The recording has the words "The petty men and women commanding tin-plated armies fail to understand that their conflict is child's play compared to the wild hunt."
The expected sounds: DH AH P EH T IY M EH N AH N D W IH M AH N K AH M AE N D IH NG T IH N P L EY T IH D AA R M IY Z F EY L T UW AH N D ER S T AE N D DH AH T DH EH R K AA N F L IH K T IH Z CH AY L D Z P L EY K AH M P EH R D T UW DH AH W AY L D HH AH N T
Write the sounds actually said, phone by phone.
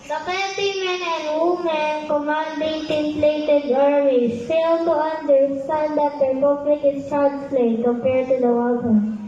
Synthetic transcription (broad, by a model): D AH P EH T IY M EH N AH N D W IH M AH N K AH M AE N D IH NG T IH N P L EY T IH D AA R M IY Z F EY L T UW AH N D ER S S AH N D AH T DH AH R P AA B L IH K IH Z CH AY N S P L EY K AH M P EH R D T UW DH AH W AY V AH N